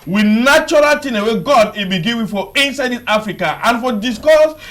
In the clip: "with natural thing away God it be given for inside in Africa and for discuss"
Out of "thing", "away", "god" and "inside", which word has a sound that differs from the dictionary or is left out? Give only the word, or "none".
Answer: thing